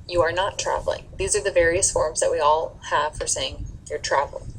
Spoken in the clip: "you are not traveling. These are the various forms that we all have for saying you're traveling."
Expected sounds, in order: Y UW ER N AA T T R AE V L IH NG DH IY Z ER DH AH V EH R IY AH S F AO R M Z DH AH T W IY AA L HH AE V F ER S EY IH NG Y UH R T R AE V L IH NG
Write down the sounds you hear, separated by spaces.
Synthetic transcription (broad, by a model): Y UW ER N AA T T R AE V L IH NG DH IY Z ER DH AH V EH R IY AH S F AO R M Z DH AH T W IY AA L HH AE V F ER S EY IH NG Y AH R T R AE V L